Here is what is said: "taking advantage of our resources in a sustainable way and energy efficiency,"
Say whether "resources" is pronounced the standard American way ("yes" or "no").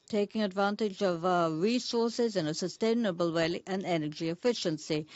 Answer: yes